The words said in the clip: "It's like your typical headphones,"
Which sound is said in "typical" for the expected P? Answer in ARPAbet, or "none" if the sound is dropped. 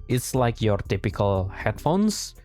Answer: P